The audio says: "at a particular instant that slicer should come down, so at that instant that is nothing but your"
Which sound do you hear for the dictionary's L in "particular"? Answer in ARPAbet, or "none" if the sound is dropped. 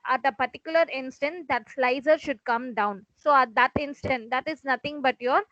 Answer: L